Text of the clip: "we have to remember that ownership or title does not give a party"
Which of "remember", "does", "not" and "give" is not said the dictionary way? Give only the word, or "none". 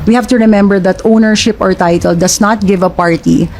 does